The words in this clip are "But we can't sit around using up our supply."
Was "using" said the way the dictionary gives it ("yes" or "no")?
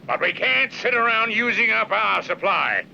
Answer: yes